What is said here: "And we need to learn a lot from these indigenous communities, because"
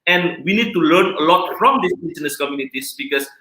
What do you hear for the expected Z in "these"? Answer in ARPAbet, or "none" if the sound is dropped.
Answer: S